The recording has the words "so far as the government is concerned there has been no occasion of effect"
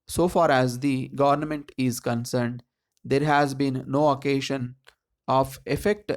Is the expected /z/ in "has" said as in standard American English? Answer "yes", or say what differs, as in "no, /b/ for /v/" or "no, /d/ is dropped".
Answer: yes